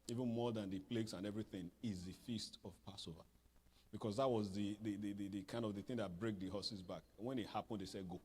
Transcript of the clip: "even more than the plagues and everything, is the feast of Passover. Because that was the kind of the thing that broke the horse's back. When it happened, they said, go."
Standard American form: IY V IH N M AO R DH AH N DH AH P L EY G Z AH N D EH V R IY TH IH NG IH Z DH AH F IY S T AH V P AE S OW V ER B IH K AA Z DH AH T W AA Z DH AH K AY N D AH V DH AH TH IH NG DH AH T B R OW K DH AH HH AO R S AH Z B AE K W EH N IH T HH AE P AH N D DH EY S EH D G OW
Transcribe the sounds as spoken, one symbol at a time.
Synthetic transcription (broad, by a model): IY V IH N M AO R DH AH N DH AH P L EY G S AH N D EH V R IY TH IH NG IH Z DH AH F IY S T AH V P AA S OW V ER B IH K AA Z DH AH T W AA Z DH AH K AY N D AH V DH AH TH IH NG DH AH T B R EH K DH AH HH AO S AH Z B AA K W EH N IH T HH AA P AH N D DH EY S EH D G OW